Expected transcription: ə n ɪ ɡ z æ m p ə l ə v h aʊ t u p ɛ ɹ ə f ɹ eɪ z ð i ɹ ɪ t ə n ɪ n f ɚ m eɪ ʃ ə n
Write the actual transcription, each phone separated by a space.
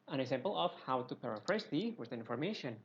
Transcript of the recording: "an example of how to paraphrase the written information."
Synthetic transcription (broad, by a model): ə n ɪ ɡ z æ m p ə l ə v h aʊ t u p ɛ ɹ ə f ɹ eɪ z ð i w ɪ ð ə ɪ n f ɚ m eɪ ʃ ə n